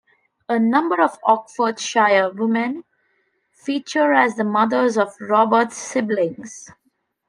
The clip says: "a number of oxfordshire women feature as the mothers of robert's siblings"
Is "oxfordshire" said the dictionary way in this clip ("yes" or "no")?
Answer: no